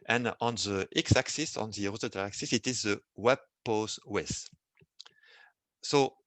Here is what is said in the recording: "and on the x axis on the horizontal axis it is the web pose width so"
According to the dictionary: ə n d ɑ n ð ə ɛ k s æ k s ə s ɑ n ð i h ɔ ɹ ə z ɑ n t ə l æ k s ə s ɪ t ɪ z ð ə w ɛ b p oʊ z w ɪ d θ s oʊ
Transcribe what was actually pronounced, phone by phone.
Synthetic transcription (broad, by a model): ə n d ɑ n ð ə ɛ k s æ k s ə s ɑ n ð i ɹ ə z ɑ t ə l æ k s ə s ɪ t ɪ z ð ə w ɛ b p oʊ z w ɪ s s oʊ